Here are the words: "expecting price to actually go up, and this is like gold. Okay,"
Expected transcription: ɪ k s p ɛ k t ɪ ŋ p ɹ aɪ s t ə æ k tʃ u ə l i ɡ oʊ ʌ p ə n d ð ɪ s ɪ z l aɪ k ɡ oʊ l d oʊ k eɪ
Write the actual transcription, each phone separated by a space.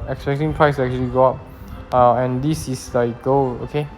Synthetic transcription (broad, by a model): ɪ k s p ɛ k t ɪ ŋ p ɹ aɪ s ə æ k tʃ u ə l i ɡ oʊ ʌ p ə n d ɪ s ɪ s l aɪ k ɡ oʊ oʊ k eɪ